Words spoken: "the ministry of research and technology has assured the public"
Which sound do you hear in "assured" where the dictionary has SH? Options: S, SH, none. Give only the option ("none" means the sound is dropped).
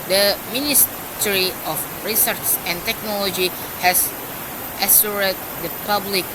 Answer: S